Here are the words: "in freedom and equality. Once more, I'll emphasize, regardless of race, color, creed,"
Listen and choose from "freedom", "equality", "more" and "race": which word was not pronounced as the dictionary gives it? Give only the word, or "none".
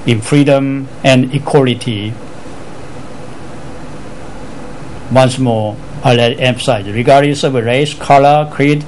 more